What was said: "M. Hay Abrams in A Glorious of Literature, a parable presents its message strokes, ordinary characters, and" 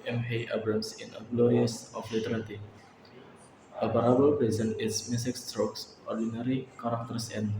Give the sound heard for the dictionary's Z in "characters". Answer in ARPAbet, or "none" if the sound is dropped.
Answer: S